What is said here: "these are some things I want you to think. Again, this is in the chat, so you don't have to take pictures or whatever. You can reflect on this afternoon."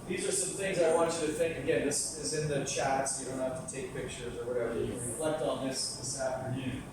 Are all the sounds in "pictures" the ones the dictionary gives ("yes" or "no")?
yes